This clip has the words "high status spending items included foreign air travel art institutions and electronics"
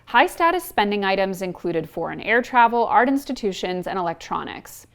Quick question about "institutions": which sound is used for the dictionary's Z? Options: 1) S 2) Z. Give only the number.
2